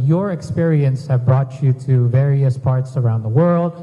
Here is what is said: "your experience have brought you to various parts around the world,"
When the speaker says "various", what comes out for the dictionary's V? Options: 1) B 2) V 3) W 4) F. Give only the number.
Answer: 2